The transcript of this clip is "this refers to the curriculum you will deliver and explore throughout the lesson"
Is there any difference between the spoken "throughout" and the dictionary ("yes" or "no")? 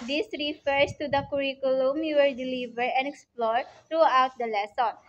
yes